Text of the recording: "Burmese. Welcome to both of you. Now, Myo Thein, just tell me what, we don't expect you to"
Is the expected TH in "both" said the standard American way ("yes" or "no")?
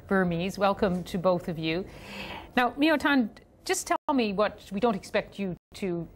yes